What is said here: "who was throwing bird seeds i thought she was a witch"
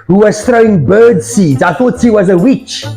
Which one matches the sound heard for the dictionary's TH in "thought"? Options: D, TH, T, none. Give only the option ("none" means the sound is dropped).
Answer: TH